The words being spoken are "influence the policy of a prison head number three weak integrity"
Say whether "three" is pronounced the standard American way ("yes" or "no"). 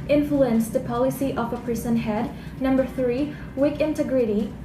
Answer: yes